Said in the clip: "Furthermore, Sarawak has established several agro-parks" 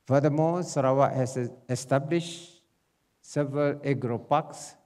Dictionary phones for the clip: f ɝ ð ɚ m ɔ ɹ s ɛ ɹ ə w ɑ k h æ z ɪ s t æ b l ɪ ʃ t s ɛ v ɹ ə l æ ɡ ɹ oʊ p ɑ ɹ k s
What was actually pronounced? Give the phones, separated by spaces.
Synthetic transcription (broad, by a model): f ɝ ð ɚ m ɔ s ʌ ɹ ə w ɑ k h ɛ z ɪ s t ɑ b l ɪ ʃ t s ɛ v ɹ ə l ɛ ɡ ɹ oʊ p ɑ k s